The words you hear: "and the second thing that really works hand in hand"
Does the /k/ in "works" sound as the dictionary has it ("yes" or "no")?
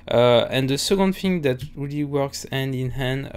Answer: yes